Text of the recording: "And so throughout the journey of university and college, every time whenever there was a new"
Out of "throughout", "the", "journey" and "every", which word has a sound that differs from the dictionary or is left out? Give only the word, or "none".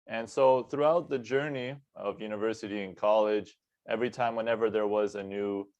none